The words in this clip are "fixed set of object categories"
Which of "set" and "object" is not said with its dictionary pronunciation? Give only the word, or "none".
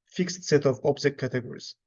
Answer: object